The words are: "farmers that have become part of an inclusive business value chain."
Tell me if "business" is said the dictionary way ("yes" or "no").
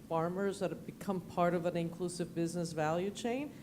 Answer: yes